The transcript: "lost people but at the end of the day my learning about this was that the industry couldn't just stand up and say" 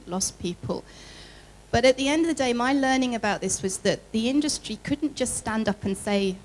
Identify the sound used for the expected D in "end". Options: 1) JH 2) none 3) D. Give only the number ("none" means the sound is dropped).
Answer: 3